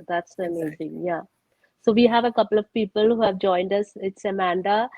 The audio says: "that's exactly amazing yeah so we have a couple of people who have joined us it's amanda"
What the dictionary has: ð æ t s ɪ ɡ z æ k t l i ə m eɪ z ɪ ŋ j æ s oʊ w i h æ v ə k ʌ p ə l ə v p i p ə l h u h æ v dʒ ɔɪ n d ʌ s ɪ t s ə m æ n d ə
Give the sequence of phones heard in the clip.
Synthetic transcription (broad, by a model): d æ t s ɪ ə m eɪ z ɪ ŋ j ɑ s oʊ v i h æ v ə k ʌ p ə l ə v p i p ə l h u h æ v dʒ ɔɪ n d ʌ s ɪ t s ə m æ n d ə